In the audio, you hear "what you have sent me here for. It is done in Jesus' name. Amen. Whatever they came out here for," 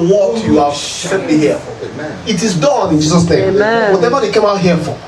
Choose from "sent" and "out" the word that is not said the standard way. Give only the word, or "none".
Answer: sent